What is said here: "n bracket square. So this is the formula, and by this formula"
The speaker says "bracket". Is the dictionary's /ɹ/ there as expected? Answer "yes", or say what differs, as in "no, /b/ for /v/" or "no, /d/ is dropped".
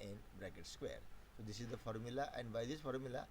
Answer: yes